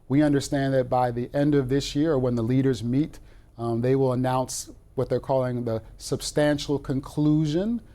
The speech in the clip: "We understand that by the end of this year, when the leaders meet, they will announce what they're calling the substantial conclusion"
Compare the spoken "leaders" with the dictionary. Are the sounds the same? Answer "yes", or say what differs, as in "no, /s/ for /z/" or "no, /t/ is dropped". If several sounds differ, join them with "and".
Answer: yes